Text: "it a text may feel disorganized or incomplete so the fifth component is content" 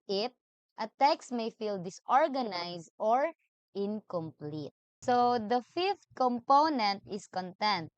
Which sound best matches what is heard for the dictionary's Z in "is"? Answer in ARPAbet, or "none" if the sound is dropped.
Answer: S